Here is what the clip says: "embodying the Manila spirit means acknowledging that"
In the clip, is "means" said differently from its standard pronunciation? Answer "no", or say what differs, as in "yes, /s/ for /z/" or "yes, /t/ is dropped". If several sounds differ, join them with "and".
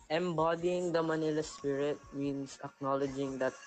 yes, /s/ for /z/